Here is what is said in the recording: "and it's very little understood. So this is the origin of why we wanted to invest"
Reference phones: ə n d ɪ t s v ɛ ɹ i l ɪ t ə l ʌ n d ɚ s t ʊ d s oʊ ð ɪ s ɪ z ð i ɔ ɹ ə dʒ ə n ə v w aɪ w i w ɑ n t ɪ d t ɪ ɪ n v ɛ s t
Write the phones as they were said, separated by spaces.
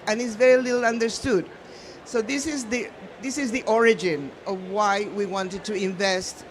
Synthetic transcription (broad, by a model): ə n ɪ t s v ɛ ɹ i l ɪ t l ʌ n d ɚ s t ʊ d s oʊ ð ɪ s ɪ z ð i ɔ ɹ ə dʒ ə n ə v w aɪ w i w ɑ n t ɪ d t ɪ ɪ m v ɛ s t